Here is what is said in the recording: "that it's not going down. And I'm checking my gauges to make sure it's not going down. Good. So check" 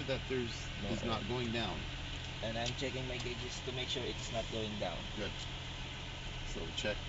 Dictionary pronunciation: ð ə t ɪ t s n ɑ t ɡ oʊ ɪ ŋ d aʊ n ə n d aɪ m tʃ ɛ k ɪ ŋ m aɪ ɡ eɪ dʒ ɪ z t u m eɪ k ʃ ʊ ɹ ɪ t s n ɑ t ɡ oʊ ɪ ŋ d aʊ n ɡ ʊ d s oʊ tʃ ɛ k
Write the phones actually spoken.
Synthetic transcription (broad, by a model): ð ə t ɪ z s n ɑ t ɡ oʊ ɪ ŋ d aʊ n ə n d aɪ m tʃ ɛ k ɪ ŋ m aɪ ɡ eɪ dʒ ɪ s t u m eɪ k ʃ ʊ ɹ ɪ t s n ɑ t ɡ oʊ ɪ ŋ d aʊ n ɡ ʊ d s oʊ tʃ ɛ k